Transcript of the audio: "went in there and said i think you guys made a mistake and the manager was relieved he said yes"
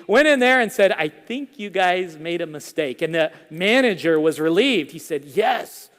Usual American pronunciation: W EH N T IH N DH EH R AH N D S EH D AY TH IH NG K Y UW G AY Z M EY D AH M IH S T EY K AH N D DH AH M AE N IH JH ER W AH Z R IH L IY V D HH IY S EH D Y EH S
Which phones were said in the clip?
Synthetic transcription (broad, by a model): W EH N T IH N DH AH R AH N S EH D AY TH IH NG K Y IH G AY Z M EY D AH M IH S T EY K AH N DH AH M AE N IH JH ER W AH Z R IH L IY V D HH IY S EH D Y EH S